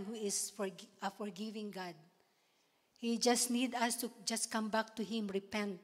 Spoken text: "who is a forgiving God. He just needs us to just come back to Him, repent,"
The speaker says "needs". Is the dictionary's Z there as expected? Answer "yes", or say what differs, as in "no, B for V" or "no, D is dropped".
no, Z is dropped